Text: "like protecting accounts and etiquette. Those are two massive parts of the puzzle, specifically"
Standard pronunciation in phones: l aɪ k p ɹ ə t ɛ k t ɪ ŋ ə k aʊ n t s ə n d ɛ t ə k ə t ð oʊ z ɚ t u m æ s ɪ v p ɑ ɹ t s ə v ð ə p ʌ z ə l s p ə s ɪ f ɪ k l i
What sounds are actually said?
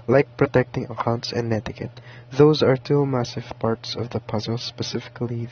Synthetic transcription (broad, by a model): l aɪ k p ɹ ə t ɛ k t ɪ ŋ ə k aʊ n t s ə n d ɛ t ə k ə t ð oʊ z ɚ t u m æ s ɪ v p ɑ ɹ t s ə v ð ə p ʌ z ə l s p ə s ɪ f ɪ k l i